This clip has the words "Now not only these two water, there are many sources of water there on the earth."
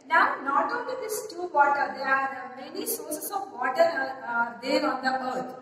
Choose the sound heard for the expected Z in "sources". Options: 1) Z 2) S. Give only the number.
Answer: 2